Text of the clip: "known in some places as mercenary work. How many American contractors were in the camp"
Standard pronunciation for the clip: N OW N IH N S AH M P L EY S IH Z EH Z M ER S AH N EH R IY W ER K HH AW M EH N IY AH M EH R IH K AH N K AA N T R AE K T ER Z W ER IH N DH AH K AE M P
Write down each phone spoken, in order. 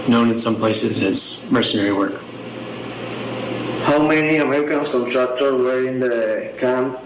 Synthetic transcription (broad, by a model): N OW N IH N S AH M P L EY S IH Z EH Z M ER S AH N EH R IY W ER K HH AW M EH N IY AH M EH R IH K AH N K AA N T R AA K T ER W ER IH N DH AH K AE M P